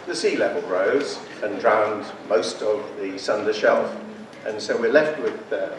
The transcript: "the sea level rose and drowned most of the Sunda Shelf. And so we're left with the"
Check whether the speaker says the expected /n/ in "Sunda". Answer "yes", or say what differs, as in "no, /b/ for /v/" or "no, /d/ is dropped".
yes